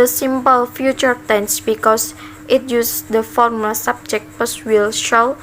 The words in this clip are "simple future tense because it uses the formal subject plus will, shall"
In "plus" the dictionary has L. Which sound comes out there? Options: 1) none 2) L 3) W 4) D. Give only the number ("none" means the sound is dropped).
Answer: 1